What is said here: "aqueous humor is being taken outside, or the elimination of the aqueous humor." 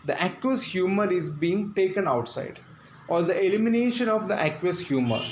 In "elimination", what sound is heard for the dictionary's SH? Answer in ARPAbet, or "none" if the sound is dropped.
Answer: SH